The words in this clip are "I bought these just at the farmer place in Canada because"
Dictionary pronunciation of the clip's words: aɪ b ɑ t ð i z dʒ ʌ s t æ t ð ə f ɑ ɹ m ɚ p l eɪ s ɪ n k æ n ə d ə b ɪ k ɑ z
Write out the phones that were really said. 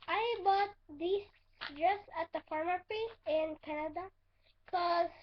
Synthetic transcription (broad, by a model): aɪ b ɑ t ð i s dʒ ʌ s t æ t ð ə f ɑ ɹ m ɚ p eɪ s ɪ n k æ n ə d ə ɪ k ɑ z